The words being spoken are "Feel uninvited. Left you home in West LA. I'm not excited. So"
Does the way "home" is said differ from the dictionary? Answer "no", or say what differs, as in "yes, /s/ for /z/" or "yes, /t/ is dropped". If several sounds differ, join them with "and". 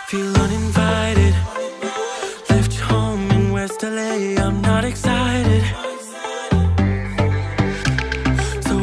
yes, /m/ is dropped